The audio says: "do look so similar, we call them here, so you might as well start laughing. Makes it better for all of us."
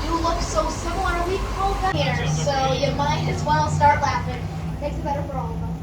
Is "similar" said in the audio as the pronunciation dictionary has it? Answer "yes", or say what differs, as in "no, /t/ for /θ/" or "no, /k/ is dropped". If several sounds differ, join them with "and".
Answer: no, /n/ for /l/